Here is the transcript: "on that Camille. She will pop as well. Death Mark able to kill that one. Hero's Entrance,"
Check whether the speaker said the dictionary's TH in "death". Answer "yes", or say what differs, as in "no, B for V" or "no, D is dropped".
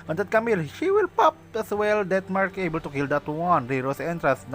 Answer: no, T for TH